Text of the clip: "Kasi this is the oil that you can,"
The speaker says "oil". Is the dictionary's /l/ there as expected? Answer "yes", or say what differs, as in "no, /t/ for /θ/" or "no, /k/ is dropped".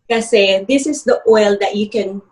yes